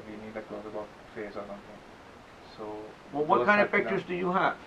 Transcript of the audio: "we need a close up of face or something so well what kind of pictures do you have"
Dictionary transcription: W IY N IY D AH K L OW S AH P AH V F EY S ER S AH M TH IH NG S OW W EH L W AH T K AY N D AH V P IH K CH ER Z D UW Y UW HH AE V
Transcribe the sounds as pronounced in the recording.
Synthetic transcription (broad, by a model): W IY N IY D AH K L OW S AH B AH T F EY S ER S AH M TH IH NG S OW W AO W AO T K AY N D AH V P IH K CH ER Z D UW Y UW HH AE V